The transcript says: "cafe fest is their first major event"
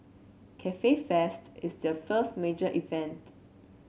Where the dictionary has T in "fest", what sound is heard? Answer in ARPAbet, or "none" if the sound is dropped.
T